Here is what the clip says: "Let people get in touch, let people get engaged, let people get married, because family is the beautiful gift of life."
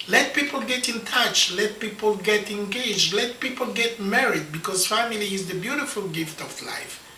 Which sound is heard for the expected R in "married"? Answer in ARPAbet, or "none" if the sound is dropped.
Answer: R